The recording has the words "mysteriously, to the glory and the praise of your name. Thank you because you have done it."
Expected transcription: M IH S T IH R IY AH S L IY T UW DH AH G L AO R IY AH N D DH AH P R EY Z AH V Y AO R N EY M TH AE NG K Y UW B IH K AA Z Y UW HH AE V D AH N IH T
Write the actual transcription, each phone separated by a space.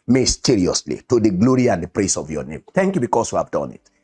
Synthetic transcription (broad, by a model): M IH S T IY R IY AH S L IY T UW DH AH G L AO R IY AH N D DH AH P R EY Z AH V Y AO N EY M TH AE NG K Y UW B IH K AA S Y UW HH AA V D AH N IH T